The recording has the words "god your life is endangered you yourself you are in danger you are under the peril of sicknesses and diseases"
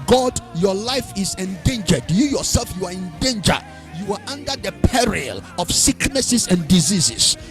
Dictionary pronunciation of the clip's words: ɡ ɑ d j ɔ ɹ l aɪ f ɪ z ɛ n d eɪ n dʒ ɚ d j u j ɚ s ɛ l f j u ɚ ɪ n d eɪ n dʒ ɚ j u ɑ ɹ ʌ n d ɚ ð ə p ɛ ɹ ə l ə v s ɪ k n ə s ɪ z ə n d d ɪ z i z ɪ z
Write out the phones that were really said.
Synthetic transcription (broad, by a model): ɡ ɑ d j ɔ l aɪ f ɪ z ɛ n d eɪ n dʒ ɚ d j u j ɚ s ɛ l f j u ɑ ɪ n d eɪ n dʒ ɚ j u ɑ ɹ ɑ n d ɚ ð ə p ɛ ɹ ə l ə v s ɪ k n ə s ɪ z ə n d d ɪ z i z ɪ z